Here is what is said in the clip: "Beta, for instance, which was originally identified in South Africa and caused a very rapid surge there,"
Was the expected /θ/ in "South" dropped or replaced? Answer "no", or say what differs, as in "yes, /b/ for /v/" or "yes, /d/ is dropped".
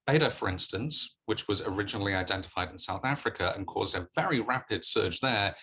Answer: no